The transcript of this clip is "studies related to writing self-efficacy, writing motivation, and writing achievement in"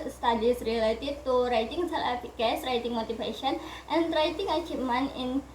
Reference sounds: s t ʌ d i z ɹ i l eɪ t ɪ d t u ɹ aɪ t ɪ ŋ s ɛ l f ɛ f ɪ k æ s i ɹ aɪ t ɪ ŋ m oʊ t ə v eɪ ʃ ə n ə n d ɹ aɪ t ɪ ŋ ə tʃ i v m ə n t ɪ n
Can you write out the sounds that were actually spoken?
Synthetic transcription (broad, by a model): s t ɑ d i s ɹ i l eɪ t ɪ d t u ɹ aɪ t ɪ ŋ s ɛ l ɛ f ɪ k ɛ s ɹ aɪ t ɪ ŋ m oʊ t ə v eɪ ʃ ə n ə n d ɹ aɪ t ɪ ŋ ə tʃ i m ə n ɪ n